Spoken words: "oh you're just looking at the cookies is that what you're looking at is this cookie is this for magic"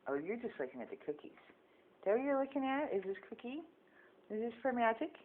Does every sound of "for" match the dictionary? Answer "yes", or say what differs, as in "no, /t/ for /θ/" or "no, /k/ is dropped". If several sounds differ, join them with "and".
no, /p/ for /f/